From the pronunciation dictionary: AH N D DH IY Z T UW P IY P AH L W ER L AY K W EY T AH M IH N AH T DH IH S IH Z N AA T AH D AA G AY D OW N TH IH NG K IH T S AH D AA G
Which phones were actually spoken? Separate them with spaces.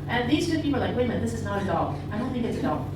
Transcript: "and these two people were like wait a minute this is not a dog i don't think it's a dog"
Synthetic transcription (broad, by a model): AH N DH IY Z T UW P IY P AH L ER L AY K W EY AH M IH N DH IH S IH Z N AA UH AH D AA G AY D OW N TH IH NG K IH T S AH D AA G